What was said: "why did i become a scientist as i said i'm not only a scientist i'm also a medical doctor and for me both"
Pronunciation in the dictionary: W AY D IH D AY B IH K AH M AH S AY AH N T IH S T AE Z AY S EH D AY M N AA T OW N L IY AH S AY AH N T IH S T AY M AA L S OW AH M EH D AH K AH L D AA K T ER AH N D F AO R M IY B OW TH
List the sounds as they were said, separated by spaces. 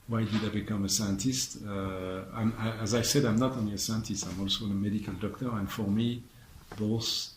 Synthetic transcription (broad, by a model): W AY D IH D AY B IH K AH M AH S AY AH N T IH S T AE Z AY S EH D AY M N AA T OW N L IY AH S AY AH N T IH S T AY M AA L S OW AH M EH D AH K AH L D AA K T ER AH N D F AO R M IY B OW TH